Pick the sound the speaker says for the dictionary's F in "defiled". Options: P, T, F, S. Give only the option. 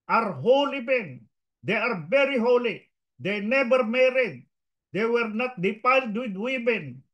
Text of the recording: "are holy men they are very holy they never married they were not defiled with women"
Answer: P